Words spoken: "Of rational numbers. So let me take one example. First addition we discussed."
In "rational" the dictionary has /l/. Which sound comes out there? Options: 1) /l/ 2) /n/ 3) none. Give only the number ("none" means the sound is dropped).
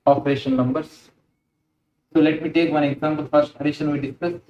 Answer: 2